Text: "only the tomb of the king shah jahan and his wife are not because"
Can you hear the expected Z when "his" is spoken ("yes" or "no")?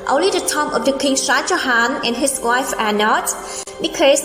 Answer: no